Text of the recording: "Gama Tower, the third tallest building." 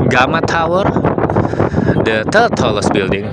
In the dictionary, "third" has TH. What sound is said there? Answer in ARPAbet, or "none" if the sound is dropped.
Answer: T